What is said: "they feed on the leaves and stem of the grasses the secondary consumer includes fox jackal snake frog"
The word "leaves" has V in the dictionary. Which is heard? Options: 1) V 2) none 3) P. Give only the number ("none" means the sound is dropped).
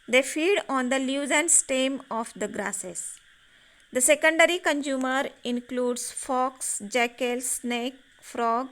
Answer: 2